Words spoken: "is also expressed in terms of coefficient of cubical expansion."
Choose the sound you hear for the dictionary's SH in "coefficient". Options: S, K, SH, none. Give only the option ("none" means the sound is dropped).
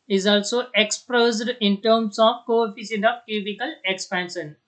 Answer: S